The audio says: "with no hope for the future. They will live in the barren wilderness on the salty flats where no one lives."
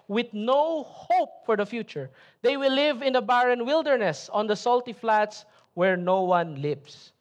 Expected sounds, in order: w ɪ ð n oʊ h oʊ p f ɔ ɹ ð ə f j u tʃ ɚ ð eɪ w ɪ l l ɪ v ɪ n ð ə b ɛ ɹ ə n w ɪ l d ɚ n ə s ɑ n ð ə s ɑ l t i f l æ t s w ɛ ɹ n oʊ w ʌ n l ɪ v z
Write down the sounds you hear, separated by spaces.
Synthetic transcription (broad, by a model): w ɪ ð n oʊ h oʊ p f ɔ ɹ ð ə f j u tʃ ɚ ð eɪ w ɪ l l ɪ v ɪ n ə b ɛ ɹ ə n w ɪ l d ɚ n ə s ɑ n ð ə s ɑ l t i f l æ t s w ɛ ɹ n oʊ w ʌ n l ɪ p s